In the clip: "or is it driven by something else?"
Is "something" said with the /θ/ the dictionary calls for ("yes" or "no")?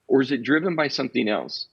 yes